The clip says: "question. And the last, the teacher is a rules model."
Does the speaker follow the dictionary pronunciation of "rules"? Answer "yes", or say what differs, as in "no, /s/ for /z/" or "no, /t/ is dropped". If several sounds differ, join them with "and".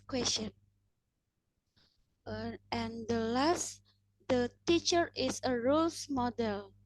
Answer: no, /s/ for /z/